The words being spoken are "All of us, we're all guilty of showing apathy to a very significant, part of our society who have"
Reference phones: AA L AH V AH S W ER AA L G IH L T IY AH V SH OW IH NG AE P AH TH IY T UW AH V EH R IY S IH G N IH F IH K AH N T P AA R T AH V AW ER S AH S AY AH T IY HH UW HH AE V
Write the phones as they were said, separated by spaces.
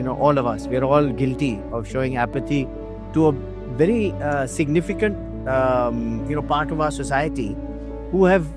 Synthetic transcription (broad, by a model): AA L AH V AH S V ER AA L G IH L T IY AH V SH OW IH NG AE P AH T IY T UW AH V EH R IY S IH G N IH F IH K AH N T P AA R T AH V AW ER S AH S AY AH T IY HH UW HH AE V